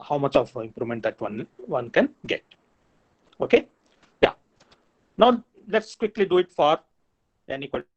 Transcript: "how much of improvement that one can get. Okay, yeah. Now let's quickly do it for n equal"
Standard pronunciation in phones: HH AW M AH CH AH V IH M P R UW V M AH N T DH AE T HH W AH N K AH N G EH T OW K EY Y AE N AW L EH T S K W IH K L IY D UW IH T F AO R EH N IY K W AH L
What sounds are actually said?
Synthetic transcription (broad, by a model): HH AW M AH CH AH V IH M P R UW M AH N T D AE T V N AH N K AH N G EH T OW K EY Y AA N AW L EH T S K W IH K L IY D UW IH T F AO R EH N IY K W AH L